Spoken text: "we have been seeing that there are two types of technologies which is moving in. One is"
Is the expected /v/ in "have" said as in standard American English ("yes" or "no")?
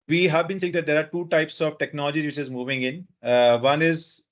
yes